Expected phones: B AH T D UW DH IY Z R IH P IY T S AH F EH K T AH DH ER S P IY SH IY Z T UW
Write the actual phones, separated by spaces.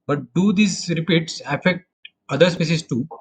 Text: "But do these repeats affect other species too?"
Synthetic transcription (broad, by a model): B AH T D UW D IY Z R IH P IY T S AH F EH K T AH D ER S P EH S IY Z T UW